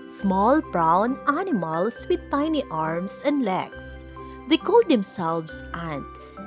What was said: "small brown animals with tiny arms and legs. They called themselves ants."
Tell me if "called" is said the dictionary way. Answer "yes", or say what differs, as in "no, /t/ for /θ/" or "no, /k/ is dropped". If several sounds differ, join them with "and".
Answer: yes